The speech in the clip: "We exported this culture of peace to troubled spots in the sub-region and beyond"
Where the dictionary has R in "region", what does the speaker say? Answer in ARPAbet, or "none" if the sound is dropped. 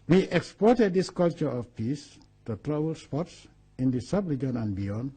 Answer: L